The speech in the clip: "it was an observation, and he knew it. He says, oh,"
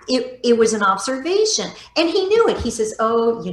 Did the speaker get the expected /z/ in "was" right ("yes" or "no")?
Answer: yes